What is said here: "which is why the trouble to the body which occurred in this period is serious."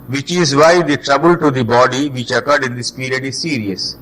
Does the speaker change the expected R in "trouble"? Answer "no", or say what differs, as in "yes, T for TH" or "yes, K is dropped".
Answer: no